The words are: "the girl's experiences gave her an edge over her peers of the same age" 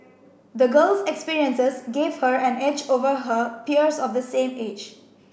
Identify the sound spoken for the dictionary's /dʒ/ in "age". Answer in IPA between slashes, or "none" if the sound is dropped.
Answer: /dʒ/